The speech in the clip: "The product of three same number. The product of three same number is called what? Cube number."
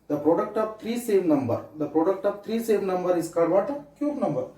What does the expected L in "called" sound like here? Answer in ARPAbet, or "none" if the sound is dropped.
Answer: none